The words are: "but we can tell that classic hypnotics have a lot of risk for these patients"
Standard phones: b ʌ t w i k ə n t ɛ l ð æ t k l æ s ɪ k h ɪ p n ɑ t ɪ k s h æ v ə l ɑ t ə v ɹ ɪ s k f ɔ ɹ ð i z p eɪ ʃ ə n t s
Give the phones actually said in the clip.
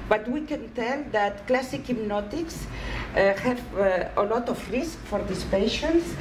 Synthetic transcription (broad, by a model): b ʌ t w i k ə n t ɛ l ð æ t k l æ s ɪ k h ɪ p n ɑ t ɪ k s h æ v ə l ɑ t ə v ɹ ɪ s k f ɔ ɹ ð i s p eɪ ʃ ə n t s